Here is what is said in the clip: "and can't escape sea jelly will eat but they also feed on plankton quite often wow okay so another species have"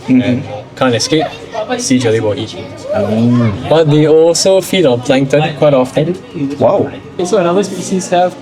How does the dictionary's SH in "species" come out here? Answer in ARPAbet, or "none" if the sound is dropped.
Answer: S